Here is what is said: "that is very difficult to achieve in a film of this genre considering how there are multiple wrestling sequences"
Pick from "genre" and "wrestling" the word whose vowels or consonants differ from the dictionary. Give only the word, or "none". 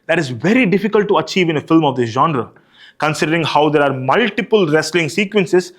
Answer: none